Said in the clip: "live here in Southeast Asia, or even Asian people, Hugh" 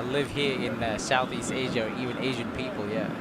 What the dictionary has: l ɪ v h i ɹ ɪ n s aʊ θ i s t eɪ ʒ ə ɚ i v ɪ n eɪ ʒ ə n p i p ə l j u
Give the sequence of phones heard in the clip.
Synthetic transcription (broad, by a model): l ɪ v h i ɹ ɪ n s aʊ θ i s t eɪ ʒ ə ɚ i v ɪ n eɪ ʒ ə n p i p ə l j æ